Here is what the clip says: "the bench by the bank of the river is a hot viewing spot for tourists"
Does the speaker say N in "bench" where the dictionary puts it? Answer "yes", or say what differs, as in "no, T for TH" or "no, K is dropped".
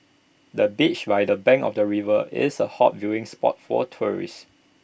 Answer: no, N is dropped